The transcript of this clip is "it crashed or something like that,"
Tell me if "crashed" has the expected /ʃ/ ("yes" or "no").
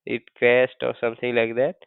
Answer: no